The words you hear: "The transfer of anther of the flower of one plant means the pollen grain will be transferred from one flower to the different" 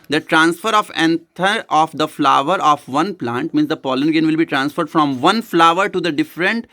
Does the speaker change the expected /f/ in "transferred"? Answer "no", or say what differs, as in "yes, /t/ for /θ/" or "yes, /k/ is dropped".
no